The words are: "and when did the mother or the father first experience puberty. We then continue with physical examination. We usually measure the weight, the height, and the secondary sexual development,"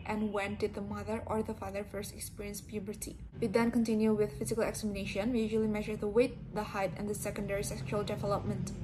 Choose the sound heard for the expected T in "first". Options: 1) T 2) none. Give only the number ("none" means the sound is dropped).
1